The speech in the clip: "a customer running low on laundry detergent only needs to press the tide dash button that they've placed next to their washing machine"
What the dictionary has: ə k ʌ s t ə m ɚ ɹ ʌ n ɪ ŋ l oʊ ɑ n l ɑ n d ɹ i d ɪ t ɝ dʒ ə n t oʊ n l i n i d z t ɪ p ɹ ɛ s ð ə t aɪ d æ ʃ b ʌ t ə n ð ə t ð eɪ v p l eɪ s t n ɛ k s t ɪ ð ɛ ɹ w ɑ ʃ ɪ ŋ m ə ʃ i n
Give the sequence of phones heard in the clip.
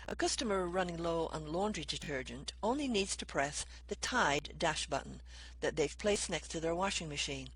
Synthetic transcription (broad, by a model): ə k ʌ s t ə m ɚ ɹ ʌ n ɪ ŋ l oʊ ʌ n l ɑ n d ɹ i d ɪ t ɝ dʒ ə n t oʊ n l i n i d z t ɪ p ɹ ɛ s ð ə t aɪ d æ ʃ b ʌ t n ð ə t ð eɪ v p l eɪ s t n ɛ k s t ɪ ð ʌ ɹ w ɑ ʃ ɪ ŋ m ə ʃ i n